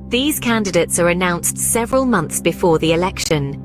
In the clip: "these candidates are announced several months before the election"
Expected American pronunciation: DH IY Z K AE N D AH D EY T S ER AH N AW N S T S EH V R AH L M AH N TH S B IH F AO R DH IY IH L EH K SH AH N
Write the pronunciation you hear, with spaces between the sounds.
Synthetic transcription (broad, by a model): DH IY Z K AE N D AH D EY T S ER AH N AW N S T S EH V R AH L M AH N TH S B IH F AO DH IY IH L EH K SH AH N